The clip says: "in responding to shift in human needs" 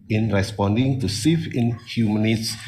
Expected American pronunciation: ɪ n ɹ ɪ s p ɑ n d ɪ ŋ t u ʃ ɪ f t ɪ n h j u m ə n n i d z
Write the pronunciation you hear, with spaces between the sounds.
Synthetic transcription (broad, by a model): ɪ n ɹ ɪ s p ɑ n d ɪ ŋ t u s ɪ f ɪ n h j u m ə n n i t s